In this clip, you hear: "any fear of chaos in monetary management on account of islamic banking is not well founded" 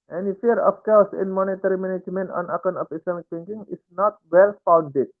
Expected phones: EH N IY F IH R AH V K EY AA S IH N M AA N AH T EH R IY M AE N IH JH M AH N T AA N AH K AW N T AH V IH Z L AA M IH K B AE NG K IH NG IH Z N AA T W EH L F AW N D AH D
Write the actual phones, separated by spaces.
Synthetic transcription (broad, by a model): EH N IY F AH R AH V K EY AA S IH N M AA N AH T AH R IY M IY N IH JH M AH N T AA N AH K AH N AH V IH S L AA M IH K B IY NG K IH NG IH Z N AA T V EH L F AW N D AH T